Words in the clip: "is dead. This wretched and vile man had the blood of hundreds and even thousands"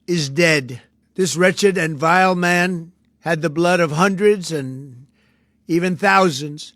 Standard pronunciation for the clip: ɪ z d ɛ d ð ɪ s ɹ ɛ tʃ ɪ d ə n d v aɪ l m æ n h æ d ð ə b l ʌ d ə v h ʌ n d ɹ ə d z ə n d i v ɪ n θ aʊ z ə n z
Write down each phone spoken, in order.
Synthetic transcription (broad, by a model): ɪ z d ɛ d ð ɪ s ɹ ɛ tʃ ɪ d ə n v aɪ l m æ n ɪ d ð ə b l ʌ d ə v h ʌ n d ɹ ə d z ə n i v ɪ n θ aʊ z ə n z